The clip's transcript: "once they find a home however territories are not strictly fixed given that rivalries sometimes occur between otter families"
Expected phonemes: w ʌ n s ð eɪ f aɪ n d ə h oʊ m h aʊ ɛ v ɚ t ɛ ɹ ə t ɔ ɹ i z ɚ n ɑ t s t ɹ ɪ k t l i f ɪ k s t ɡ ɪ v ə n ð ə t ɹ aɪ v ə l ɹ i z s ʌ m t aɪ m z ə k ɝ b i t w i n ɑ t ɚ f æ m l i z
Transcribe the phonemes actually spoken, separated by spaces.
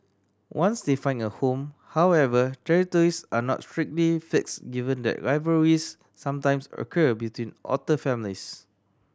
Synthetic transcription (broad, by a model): w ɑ n s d eɪ f aɪ n ə h oʊ m h aʊ ɛ v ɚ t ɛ ɹ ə t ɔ ɹ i s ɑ n ɑ t s t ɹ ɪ k t l i f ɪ k s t ɡ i v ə n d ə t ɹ aɪ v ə ɹ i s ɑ m t aɪ m s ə k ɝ b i t w i n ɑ t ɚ f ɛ m l i s